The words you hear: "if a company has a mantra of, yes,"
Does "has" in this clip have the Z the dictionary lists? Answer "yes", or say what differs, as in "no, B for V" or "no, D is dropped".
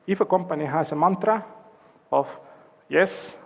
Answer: no, S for Z